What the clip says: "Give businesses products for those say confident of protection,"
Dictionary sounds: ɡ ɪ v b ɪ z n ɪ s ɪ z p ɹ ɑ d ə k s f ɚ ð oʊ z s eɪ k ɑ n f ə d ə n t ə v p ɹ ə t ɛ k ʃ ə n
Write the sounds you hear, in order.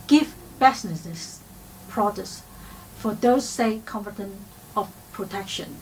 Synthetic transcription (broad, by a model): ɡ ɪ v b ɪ s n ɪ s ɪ s p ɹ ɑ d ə s f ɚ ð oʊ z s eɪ k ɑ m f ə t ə n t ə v p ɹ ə t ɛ k ʃ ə n